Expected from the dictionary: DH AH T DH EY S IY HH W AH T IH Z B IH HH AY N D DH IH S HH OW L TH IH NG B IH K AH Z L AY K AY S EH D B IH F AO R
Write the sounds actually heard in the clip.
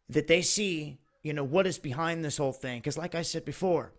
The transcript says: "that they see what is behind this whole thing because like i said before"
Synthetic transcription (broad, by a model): DH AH T DH EY S IY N W AH T IH Z B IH HH AY N DH IH S HH OW L TH IH NG K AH Z L AY K AY S EH D B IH F AO R